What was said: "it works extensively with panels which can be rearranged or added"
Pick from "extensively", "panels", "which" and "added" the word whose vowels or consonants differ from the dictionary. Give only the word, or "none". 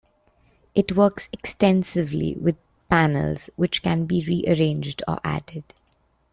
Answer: none